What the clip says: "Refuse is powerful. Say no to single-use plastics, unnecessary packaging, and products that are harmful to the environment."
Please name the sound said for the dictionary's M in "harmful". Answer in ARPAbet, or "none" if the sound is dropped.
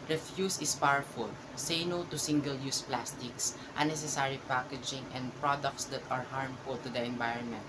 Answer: M